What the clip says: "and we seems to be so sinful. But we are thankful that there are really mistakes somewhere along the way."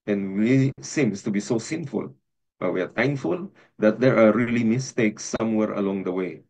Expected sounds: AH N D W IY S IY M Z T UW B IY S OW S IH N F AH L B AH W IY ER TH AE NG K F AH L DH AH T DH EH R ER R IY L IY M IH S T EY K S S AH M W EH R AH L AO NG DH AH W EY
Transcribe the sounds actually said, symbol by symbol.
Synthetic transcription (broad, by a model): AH N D W IY S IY M S T UW B IY S OW S IH N F AH L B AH W IY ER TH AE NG F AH L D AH T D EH R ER R IY L IY M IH S T EY K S S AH M W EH R AH L AO NG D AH W EY